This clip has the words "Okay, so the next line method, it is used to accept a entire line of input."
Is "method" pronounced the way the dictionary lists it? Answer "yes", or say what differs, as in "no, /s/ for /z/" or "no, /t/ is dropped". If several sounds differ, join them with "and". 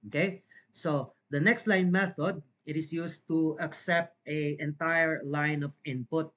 yes